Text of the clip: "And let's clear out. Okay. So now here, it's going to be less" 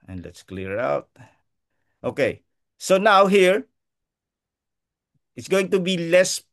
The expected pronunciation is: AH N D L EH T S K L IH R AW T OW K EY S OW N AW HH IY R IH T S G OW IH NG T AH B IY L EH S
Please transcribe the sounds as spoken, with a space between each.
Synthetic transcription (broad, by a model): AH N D L EH T S K L IH R AW T OW K EY S OW N AW HH IY R IH T S G OW IH NG T AH B IY L EH S